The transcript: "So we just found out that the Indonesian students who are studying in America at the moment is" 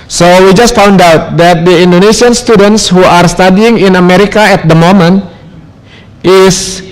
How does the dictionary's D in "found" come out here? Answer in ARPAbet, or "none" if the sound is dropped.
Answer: D